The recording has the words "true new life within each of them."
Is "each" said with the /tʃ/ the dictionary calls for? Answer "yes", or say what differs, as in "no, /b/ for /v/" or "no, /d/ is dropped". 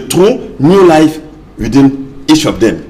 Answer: no, /ʃ/ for /tʃ/